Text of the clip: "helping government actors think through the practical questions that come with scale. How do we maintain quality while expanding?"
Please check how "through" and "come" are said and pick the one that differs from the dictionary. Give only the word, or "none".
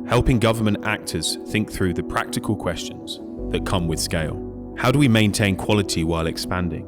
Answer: none